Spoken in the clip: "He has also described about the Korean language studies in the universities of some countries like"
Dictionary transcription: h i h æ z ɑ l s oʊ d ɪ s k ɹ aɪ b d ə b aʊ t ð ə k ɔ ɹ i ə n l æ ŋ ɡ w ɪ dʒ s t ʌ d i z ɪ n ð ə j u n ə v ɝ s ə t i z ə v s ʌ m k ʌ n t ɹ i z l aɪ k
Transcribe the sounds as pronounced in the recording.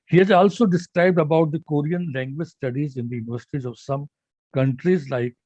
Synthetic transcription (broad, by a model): h i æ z ɑ l s oʊ d ɪ s k ɹ aɪ b d ə b aʊ t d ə k ɔ ɹ i ə n l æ ŋ ɡ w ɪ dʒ s t ʌ d i z ɪ n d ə j u n ə v ɝ s ə t i z ə v s ʌ m k ʌ n t ɹ i z l aɪ k